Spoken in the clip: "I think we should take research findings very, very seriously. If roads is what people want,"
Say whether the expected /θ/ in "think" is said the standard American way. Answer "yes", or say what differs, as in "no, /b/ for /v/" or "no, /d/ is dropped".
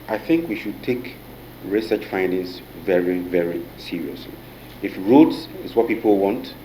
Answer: yes